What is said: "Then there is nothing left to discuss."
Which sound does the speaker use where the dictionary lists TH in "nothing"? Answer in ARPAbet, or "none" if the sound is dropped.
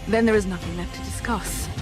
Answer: TH